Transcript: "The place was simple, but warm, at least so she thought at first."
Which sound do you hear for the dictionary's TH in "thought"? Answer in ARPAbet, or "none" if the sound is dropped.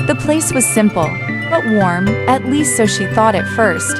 TH